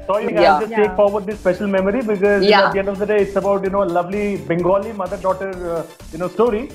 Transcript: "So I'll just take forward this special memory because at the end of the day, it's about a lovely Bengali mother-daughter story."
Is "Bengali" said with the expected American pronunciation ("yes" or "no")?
yes